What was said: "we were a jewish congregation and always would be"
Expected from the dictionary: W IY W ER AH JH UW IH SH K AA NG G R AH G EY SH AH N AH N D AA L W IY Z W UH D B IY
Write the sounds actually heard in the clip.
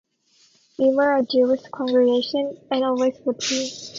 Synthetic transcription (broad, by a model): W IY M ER AH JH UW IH S K AA NG G R AH G EY SH AH N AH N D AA L W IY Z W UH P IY